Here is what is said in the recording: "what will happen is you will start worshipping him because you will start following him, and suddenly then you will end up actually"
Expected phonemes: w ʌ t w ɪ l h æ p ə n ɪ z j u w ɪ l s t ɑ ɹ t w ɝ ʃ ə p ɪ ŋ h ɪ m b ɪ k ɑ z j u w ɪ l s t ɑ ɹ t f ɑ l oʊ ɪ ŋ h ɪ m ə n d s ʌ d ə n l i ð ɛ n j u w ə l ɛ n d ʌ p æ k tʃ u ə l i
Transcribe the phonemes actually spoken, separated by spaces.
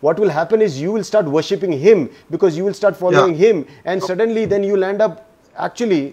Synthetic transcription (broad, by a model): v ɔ t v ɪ l h æ p ə n ɪ z j u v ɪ l s t ɑ ɹ t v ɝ ʃ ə p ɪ ŋ h ɪ m b ɪ k ɑ z j u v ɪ l s t ɑ ɹ t f ɑ l oʊ ɪ ŋ h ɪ m ə n d s ʌ d ə n l i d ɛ n j u l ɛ n d ʌ p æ k tʃ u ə l i